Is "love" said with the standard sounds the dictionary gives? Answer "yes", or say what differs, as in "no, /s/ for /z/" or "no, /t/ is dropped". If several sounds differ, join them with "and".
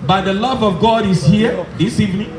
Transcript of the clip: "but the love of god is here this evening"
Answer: yes